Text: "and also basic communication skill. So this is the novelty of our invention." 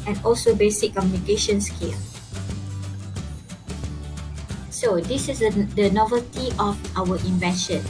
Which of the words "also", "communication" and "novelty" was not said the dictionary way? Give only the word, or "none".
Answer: none